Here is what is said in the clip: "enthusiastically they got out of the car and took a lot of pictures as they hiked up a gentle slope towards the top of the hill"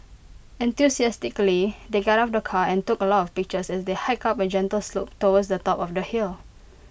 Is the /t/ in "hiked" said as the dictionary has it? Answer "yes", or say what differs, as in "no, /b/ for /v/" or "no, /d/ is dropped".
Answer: no, /t/ is dropped